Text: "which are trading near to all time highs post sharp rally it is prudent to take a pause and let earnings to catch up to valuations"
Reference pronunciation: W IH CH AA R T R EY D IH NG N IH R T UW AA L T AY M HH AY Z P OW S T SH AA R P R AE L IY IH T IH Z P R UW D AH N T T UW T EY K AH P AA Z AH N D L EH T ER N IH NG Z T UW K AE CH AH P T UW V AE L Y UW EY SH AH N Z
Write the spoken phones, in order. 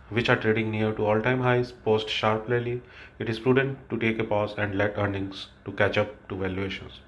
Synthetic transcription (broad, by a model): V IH CH AA R T R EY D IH NG N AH R T UW AA L T AY M HH AY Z P OW S T SH AA R P L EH L IY IH T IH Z P R UW D AH N T T UW T EY K AH P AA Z AH N D L EH T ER N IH NG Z T UW K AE CH AH P T UW V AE L Y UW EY SH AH N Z